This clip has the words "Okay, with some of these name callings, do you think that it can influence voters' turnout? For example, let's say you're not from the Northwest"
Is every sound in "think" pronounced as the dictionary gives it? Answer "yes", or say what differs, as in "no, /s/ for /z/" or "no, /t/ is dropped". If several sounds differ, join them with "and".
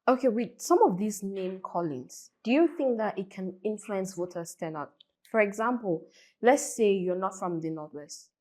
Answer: yes